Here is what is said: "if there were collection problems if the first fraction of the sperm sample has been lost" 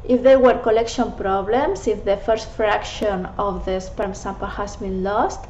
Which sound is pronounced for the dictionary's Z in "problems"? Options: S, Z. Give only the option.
S